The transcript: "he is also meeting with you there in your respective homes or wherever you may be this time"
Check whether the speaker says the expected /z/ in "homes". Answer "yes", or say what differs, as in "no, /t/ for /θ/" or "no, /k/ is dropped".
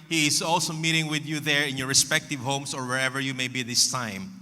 no, /s/ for /z/